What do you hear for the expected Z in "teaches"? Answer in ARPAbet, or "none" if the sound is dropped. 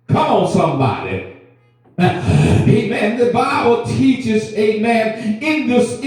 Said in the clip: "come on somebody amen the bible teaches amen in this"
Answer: Z